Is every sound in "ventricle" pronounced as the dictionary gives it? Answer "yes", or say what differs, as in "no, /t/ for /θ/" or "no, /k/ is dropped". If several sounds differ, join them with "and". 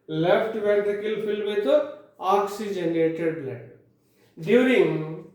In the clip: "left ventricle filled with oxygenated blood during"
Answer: no, /ɹ/ is dropped